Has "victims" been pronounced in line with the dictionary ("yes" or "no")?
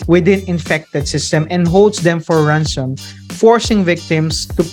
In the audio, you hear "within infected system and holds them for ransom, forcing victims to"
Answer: no